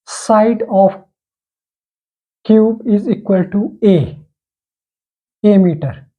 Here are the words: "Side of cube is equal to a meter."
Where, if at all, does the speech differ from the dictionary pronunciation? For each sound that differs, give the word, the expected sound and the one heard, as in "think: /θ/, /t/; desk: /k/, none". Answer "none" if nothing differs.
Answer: none